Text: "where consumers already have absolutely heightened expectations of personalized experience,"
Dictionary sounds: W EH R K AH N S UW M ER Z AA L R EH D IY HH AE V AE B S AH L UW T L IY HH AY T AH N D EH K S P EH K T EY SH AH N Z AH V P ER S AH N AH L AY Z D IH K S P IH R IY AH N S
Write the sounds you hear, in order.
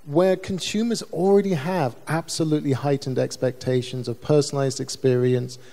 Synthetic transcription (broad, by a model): W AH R K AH N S UW M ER Z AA L R EH D IY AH V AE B S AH L UW T L IY HH AY T N D EH K S P EH K T EY SH AH N Z AH V P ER S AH N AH L AY Z D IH K S P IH R IY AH N S